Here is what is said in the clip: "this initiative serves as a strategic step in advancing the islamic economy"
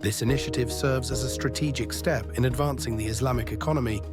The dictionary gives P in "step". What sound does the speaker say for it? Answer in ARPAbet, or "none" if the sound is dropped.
P